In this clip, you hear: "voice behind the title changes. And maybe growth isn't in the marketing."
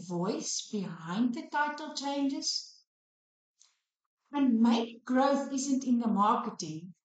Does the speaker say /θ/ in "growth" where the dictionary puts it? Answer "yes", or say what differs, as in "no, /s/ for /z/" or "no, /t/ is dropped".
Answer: yes